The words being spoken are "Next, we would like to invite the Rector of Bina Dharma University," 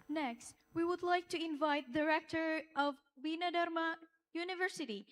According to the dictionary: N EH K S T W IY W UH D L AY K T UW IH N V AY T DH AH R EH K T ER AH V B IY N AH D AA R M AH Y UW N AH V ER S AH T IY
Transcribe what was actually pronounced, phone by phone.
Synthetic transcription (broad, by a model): N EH K S T W IY W UH D L AY K T UW IH N V AY T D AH R EH K T ER AH V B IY N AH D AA R M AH Y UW N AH V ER S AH T IY